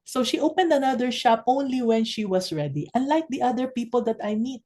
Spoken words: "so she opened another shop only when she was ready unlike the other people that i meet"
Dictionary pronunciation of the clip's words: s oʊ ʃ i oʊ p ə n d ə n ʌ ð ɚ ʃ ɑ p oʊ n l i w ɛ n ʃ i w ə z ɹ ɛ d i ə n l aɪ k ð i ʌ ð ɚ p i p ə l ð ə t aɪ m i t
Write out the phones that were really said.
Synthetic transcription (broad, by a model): s oʊ ʃ i oʊ p ə n d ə n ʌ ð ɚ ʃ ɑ p oʊ n l i w ɛ n ʃ i w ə s ɹ ɛ d i ə n l aɪ k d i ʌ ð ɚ p i p ə l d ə t aɪ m i t